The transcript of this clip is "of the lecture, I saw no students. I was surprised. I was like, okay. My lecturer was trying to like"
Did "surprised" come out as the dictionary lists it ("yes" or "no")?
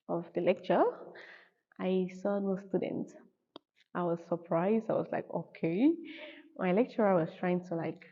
yes